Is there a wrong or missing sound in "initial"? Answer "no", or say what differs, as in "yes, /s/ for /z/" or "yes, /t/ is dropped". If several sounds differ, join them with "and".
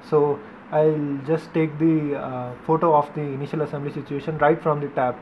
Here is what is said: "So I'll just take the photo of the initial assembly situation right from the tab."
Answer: no